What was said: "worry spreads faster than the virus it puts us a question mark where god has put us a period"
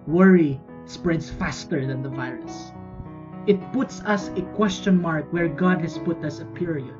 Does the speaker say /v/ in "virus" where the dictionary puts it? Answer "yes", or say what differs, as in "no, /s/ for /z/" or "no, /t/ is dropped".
yes